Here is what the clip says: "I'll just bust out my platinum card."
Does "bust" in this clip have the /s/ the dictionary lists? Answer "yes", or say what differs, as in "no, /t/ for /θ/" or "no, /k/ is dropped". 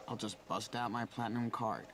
yes